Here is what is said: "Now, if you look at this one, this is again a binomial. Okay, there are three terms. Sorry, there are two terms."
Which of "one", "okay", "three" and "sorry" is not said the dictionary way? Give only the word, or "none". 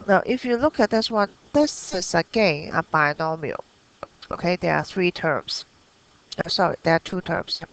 none